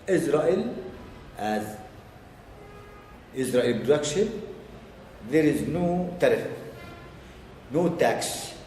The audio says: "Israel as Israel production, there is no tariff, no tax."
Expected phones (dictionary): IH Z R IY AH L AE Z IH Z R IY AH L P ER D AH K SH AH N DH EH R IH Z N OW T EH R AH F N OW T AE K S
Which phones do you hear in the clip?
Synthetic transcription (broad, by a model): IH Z R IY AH L AE Z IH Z R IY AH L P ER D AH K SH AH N DH EH R IH Z N OW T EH R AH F N OW T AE K S